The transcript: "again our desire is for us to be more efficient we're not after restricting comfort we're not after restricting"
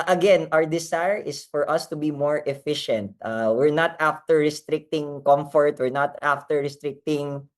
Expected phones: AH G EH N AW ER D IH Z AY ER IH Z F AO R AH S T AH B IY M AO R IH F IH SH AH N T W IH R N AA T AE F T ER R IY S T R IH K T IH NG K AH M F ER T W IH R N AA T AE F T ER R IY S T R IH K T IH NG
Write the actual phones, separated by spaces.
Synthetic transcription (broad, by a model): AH G EH N AW ER D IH S AY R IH S F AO R AH S T AH B IY M AO R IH F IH SH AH N T W IH R N AA T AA F T ER R IY S T R IH K T IH NG K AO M F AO T W IH R N AA T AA F T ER R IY S T R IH K T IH NG